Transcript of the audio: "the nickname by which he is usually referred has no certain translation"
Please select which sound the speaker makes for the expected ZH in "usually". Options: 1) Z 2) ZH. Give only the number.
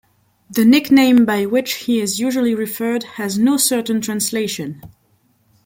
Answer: 2